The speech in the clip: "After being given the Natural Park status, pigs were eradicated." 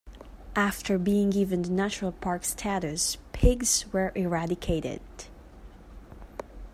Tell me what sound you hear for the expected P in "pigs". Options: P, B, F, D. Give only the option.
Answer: P